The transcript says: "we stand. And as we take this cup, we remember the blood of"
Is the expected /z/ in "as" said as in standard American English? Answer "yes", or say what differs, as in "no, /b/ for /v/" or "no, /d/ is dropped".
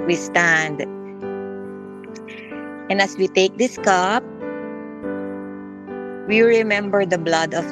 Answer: no, /s/ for /z/